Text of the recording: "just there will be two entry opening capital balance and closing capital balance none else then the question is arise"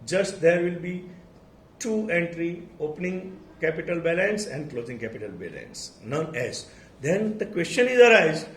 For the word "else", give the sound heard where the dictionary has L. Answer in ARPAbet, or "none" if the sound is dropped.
none